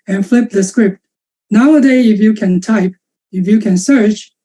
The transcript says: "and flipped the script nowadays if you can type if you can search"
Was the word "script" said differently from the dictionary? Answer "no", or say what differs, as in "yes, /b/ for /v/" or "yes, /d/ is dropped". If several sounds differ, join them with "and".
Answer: no